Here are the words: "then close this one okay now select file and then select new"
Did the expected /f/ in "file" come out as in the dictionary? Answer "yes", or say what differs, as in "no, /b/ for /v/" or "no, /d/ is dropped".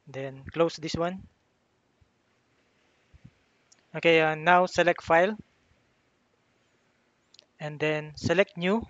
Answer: yes